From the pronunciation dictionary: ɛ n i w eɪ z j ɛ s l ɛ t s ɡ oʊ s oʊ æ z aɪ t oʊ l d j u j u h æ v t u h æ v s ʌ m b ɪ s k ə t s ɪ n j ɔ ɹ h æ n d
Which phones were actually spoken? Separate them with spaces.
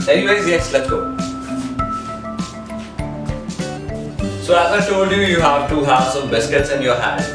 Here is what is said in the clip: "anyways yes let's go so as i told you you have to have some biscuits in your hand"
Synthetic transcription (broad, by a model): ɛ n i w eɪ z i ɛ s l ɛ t ɡ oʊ s oʊ æ z aɪ t oʊ l d j u j u h æ v t u h æ v s ʌ m b ɪ s k ə t s ɪ n j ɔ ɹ h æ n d